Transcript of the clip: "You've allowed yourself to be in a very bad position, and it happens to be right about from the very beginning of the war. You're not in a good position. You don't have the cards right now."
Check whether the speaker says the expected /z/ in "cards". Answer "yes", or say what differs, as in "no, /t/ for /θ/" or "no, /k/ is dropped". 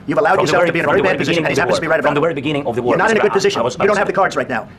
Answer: yes